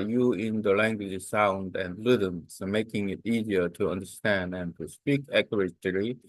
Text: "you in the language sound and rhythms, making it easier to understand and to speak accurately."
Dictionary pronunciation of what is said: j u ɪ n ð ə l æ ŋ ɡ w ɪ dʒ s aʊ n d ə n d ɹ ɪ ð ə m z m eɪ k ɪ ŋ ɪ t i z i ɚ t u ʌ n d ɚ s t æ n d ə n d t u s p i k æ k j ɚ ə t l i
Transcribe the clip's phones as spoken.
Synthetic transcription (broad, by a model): j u ɪ n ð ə l æ ŋ ɡ w ɪ dʒ s aʊ n d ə n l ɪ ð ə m s m eɪ k ɪ ŋ ɪ t i z i ɚ t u ʌ n d ɚ s t æ n d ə n t u s p i k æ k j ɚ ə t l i